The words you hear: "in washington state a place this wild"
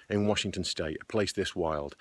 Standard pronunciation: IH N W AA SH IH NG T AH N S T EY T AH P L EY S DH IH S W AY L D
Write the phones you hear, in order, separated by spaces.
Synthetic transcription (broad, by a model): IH N W AA SH IH NG T AH N S T EY T AH P L EY S DH IH S W AY L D